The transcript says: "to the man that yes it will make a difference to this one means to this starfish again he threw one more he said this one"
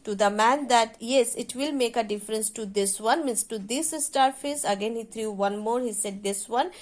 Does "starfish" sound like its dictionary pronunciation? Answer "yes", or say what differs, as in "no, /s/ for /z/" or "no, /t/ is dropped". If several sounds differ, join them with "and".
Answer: no, /s/ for /ʃ/